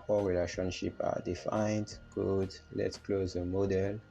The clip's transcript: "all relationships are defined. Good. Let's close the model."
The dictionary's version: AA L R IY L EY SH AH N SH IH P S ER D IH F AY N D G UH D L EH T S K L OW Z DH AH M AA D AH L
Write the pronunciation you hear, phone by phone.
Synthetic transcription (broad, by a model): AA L R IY L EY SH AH N SH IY P AA D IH F AY N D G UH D L EH T S K L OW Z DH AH M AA D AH L